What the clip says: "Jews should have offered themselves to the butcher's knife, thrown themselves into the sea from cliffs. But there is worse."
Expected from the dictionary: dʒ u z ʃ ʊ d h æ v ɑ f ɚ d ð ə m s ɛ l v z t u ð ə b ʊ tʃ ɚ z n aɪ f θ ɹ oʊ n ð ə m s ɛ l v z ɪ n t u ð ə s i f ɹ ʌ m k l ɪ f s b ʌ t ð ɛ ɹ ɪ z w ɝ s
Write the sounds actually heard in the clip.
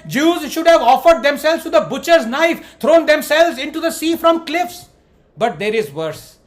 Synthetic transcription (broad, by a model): dʒ u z ʃ ʊ d h æ v ɑ f ɚ d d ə m s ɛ l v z t u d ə b ʊ tʃ ɚ z n aɪ f t ɹ oʊ n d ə m s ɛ l v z ɪ n t u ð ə s i f ɹ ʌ m k l ɪ f s b ʌ t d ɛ ɹ ɪ z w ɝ s